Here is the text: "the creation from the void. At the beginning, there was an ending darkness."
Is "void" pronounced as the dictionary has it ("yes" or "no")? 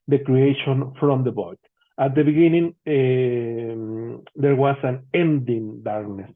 no